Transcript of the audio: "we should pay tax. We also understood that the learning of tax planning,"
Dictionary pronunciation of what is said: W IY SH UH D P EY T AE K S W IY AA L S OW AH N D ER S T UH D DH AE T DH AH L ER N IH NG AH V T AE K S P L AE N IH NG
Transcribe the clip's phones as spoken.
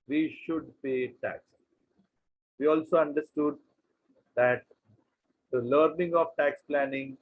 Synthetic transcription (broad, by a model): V IY SH UH D P EY T AE K S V IY AA L S OW AH N D ER S T UH D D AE T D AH L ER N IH NG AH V T AE K S P L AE N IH NG